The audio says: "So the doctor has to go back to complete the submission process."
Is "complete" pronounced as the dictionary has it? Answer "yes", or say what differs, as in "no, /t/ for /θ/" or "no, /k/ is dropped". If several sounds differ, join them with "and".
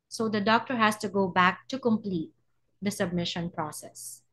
yes